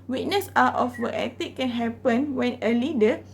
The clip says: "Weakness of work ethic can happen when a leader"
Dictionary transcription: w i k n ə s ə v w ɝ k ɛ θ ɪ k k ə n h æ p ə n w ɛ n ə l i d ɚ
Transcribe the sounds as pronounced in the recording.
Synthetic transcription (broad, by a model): w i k n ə s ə f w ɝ ɛ t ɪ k k ə n h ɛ p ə n w ɛ n ə l i d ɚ